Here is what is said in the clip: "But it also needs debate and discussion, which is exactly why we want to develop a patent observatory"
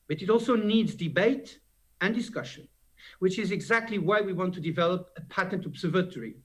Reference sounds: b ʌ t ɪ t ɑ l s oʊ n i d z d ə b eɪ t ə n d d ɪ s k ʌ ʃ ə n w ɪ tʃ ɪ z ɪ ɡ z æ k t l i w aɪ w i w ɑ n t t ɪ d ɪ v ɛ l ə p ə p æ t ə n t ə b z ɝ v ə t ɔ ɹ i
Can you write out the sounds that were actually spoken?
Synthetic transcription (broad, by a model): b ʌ t ɪ t ɑ l s oʊ n i d z d ə b eɪ t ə n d d ɪ s k ʌ ʃ ə n w ɪ tʃ ɪ z ɪ ɡ z æ k t l i w aɪ w i w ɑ n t t ɪ d ɪ v ɛ l ə p ə p æ t ə n t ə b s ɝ v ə t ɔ ɹ i